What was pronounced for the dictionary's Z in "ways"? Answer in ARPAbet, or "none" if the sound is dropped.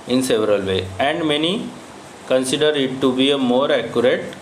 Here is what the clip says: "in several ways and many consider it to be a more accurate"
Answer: none